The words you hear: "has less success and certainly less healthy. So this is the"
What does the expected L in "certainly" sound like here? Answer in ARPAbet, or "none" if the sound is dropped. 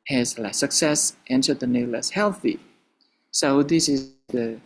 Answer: none